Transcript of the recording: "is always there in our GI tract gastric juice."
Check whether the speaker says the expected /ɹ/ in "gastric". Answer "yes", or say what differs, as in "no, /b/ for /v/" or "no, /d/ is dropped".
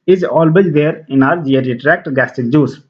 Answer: no, /ɹ/ is dropped